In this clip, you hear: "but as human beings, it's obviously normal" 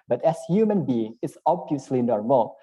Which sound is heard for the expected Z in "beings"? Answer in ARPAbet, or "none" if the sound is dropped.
none